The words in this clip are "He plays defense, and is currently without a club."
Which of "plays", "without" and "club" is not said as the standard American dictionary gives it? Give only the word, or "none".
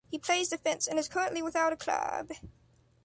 none